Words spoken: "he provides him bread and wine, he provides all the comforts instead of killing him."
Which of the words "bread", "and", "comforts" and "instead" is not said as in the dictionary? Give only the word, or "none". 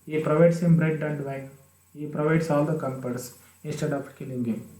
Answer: comforts